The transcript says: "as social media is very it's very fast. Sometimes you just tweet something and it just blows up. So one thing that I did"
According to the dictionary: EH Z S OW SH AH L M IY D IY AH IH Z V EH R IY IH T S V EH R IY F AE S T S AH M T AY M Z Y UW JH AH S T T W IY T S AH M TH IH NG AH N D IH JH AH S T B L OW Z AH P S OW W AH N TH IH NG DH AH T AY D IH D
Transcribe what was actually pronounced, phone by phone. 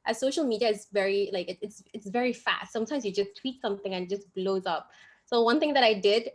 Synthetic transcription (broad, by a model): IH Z S OW SH L M IY D IY AH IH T V EH R IY IH T S V EH R IY F AE S T S AH M T AY M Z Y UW JH AH S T T W IY T S AH M TH IH NG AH N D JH AH S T B L OW Z AH P S OW W AH N TH IH NG DH AH T AY D IH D